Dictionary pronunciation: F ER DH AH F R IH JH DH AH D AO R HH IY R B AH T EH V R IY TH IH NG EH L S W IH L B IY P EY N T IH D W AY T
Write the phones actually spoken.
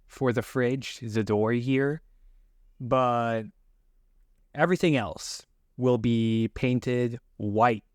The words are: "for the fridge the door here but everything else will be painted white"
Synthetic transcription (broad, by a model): F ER DH AH F R IH JH DH AH D AO R HH IY R B AH T EH V R IY TH IH NG EH L S W IH L B IY P EY N T IH D W AY T